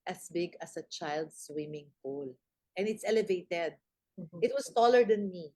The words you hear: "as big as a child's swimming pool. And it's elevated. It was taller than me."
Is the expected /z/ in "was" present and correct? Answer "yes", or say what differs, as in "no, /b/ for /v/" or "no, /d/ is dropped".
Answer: no, /s/ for /z/